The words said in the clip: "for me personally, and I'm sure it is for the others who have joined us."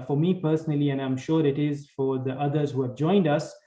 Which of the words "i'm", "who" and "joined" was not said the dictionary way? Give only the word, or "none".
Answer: none